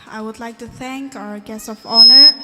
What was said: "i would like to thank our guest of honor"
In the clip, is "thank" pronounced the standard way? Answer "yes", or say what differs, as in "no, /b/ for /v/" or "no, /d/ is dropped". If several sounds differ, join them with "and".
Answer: yes